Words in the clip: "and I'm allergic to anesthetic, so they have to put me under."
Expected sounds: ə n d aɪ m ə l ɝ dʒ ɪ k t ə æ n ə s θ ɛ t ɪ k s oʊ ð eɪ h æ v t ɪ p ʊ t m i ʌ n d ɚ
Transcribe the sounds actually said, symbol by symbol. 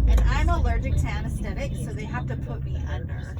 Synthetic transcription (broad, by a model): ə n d aɪ m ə l ɝ dʒ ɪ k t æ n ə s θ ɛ t ɪ k s oʊ ð eɪ h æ f t ɪ p ʊ t m i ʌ n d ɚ